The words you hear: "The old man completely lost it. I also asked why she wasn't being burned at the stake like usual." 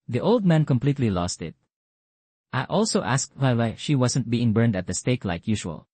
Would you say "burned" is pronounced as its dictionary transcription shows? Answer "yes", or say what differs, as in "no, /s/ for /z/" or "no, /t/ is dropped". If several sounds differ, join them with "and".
yes